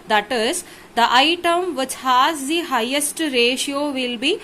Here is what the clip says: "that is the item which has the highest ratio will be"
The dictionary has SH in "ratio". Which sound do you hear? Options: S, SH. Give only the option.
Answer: SH